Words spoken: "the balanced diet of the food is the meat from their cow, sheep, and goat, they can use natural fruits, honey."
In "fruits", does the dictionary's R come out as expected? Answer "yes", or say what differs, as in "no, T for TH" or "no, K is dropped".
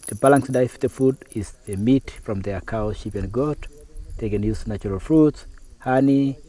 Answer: yes